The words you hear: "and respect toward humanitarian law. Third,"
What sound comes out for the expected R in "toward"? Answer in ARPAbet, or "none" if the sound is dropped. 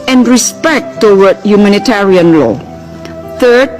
W